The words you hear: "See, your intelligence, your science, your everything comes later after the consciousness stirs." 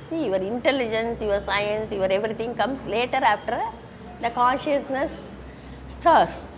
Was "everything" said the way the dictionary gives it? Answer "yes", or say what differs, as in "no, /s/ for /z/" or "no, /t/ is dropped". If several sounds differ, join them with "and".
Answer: no, /t/ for /θ/